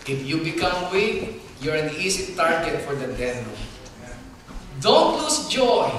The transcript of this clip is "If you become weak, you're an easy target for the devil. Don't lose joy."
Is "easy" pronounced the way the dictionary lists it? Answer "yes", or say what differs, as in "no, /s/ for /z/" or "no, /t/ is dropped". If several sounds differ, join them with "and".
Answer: no, /s/ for /z/